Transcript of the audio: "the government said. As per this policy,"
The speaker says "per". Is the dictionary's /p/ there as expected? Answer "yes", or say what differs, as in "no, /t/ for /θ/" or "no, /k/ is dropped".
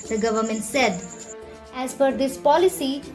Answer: no, /f/ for /p/